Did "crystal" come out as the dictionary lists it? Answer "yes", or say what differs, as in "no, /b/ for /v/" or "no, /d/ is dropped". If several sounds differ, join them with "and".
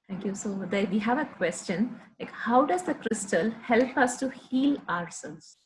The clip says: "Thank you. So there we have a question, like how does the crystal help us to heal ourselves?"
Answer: yes